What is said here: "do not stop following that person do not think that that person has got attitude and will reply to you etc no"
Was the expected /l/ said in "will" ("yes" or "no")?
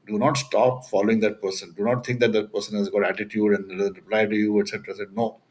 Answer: no